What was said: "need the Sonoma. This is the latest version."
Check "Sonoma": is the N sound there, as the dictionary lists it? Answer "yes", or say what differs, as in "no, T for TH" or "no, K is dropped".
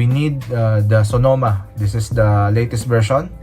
yes